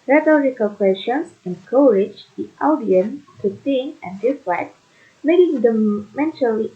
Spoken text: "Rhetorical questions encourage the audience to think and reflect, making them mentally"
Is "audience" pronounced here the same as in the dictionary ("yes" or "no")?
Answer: no